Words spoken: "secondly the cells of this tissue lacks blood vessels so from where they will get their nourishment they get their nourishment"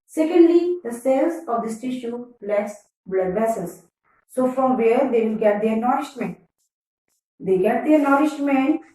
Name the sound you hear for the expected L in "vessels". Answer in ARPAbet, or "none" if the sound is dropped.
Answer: none